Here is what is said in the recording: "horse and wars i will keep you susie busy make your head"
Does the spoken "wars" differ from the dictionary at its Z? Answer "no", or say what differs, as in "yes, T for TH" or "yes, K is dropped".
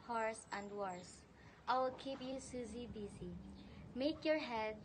yes, S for Z